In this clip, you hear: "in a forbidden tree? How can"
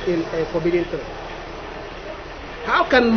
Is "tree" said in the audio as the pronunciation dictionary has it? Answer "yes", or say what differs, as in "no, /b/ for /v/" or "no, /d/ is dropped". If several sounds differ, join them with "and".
no, /ɹ/ is dropped